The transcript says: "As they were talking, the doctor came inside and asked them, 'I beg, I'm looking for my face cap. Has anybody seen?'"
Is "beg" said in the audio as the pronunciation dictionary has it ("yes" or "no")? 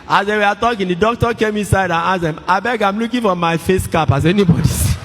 yes